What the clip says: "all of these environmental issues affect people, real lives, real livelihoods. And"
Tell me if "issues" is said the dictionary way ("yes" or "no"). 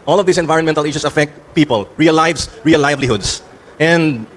no